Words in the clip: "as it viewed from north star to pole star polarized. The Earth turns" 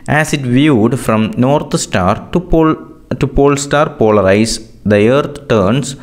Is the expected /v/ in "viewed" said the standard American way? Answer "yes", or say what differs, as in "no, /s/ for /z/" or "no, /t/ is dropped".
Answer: yes